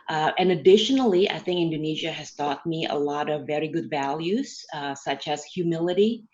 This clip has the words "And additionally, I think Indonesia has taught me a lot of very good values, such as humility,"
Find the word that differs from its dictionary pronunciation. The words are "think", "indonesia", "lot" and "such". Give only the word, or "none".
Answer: none